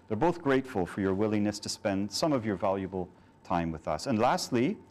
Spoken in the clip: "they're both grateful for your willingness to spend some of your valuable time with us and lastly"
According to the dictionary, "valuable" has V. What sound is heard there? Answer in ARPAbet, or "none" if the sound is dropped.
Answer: V